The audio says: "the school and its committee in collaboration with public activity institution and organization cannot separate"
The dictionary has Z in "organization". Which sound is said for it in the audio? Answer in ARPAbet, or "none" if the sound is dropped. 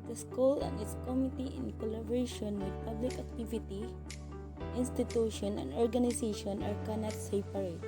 S